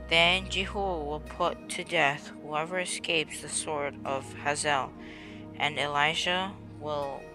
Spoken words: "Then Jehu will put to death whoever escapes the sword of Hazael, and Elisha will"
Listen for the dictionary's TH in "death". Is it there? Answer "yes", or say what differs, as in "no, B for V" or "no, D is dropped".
yes